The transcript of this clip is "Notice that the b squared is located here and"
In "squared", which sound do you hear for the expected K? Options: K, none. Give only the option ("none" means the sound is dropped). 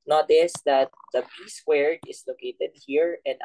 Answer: none